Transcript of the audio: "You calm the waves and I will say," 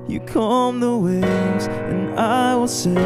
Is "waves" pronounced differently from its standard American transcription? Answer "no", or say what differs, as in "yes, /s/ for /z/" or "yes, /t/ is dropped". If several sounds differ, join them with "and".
yes, /v/ is dropped